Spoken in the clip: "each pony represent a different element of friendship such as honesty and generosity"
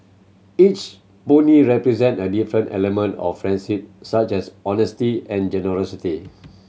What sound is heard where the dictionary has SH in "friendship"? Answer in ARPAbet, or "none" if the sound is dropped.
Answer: S